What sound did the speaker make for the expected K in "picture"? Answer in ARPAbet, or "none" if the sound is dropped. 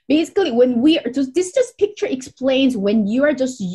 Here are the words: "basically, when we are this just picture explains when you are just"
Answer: K